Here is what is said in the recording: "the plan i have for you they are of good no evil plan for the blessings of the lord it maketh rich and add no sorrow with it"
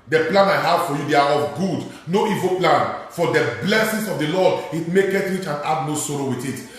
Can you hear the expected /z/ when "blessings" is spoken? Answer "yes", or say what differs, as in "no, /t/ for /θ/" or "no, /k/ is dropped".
no, /s/ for /z/